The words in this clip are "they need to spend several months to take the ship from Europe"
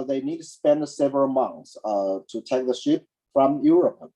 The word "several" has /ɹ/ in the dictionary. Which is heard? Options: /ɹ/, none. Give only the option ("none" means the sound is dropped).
none